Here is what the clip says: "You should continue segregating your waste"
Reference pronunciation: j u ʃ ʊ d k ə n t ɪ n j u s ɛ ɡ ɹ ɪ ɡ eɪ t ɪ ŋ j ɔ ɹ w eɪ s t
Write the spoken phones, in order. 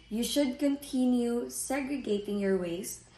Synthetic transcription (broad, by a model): j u ʃ ʊ d k ə n t ɪ n j u s ɛ ɡ ɹ ɪ ɡ eɪ t ɪ ŋ j ɔ ɹ w eɪ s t